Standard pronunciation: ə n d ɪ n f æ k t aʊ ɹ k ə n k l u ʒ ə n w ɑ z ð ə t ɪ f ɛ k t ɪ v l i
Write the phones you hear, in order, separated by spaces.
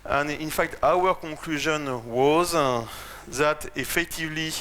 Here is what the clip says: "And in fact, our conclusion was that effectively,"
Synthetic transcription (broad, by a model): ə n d ɪ n f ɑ k t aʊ ɹ k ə k l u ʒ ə n w ɑ z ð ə t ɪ f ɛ k t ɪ v l i